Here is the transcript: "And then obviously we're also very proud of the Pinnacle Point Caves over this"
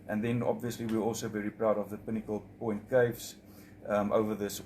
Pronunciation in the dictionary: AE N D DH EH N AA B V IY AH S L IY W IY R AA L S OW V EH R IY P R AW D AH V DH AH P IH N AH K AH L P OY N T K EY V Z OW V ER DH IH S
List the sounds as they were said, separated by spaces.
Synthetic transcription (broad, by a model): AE N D DH EH N AA B V IY AH S L IY W IY R AA L S OW V EH R IY P R AW D AH V DH AH P IH N AH K AH L P OY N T K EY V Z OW V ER DH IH S